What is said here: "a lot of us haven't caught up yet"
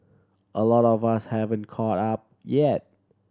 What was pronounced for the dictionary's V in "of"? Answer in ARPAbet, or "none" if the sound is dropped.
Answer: V